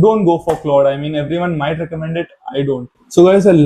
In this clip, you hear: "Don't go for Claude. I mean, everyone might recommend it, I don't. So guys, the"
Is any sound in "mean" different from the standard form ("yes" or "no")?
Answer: no